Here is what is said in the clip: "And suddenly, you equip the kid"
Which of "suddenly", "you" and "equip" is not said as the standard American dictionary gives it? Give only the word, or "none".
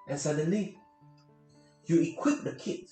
none